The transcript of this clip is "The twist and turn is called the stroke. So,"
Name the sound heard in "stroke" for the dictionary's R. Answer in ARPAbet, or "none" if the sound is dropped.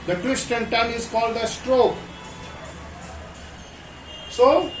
R